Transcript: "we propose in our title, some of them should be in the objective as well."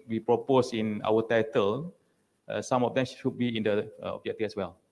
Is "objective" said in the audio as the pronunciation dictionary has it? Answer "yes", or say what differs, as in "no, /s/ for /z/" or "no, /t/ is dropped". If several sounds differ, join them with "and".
no, /f/ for /v/